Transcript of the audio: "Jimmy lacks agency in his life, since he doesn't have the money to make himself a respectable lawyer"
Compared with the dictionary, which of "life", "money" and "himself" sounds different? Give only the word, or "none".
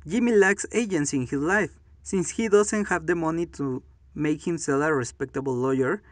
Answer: himself